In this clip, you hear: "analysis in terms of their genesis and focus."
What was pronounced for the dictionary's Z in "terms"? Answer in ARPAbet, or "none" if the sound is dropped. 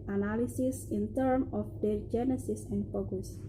none